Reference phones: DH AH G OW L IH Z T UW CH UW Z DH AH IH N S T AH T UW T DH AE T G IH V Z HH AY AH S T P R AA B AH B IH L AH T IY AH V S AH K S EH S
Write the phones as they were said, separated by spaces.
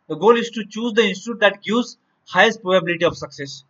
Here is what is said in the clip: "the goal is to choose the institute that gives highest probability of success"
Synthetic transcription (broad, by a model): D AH G OW L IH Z T UW CH UW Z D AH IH N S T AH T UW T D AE T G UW Z HH AY AH S T P R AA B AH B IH L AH T IY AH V S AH K S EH S